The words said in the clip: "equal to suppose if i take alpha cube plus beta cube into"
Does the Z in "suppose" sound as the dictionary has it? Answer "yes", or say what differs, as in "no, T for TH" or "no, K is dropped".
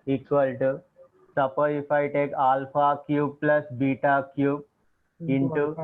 no, Z is dropped